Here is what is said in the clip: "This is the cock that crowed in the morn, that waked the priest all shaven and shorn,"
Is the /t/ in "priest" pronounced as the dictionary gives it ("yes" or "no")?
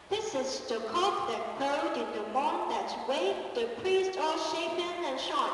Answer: yes